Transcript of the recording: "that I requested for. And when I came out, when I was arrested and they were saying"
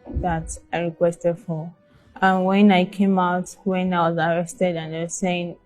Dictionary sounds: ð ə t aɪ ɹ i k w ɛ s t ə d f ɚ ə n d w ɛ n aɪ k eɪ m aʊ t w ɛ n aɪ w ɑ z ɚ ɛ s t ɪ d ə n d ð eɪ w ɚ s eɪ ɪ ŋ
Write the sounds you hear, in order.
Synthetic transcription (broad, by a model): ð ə t aɪ ɹ i k w ɛ s t ə d f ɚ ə n w ɛ n aɪ k eɪ m aʊ t w ɛ n aɪ w ɑ z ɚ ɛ s t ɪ d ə n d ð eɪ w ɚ s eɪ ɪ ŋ